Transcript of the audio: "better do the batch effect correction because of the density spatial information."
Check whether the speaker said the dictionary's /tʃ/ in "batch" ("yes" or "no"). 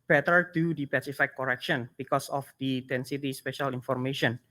no